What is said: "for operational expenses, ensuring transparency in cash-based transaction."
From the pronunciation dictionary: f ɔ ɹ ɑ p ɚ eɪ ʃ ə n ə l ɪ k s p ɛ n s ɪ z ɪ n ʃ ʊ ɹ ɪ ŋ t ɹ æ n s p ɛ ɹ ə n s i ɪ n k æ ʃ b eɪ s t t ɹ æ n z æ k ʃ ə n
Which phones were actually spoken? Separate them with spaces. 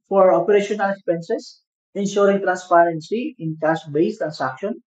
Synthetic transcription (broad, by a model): f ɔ ɹ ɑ p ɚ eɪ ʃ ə n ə l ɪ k s p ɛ n s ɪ s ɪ n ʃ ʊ ɹ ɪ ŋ t ɹ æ n s p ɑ ɹ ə n s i ɪ n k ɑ s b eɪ s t t ɹ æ n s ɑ k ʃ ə n